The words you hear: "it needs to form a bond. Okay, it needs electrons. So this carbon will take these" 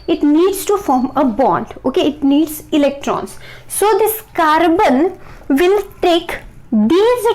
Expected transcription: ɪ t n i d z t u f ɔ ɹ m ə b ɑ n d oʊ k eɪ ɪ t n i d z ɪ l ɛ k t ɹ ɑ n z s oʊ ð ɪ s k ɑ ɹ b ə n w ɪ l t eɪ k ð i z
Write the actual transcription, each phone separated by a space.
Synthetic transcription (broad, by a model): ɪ t n i d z t u f ɔ ɹ m ə b ɑ n d oʊ k eɪ ɪ t n i d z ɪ l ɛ k t ɹ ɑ n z s oʊ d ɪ s k ɑ ɹ b ə n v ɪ l t eɪ k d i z